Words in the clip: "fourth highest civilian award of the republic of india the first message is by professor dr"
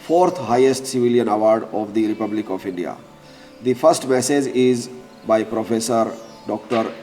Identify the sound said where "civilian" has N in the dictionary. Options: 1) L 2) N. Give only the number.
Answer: 2